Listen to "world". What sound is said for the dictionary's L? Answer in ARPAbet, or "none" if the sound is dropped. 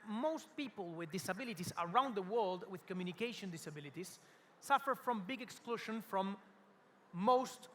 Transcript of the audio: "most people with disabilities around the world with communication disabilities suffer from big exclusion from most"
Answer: L